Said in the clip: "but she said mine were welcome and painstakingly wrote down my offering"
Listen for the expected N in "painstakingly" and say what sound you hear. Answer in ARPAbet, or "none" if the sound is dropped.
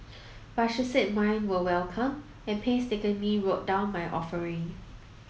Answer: none